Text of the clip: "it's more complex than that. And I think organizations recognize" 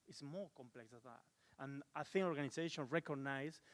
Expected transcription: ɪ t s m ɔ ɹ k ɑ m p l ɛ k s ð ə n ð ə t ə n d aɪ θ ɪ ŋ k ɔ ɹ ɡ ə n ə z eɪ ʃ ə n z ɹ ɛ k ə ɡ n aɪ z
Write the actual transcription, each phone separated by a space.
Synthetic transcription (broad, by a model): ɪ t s m ɔ ɹ k ɑ m p l ɛ k s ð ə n ð ə t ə n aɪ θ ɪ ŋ ɔ ɹ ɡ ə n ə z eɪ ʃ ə n ɹ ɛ k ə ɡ n aɪ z